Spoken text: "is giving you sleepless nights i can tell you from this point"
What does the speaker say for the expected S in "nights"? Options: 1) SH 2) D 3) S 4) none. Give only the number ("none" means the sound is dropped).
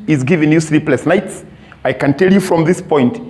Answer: 3